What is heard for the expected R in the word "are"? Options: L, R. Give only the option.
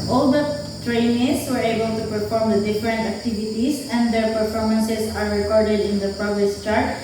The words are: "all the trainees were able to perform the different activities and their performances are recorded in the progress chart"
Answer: R